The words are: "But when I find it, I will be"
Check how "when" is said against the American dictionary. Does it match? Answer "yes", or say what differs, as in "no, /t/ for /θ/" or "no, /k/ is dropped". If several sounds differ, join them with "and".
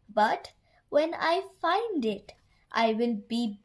yes